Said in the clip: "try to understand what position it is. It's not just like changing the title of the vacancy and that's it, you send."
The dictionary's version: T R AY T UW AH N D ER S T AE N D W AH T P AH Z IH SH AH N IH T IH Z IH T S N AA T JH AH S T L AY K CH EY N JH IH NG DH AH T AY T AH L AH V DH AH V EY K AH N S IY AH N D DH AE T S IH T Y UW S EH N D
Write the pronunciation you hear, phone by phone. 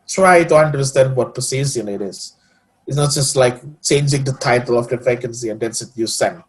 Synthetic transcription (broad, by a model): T R AY T UW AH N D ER S T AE N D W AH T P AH S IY S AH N IH T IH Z IH T S N AA T JH AH S T L AY K CH EY N JH IH NG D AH T AY T AH L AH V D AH F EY K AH N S IY AH N D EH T S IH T Y UW S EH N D